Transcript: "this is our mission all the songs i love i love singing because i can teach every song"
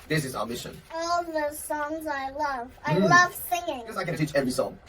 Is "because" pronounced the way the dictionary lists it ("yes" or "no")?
no